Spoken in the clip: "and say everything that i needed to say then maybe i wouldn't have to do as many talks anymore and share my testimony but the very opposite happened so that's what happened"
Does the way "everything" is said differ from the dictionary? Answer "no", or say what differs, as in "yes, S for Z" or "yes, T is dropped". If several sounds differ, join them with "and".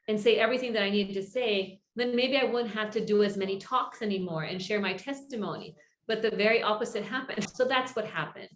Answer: no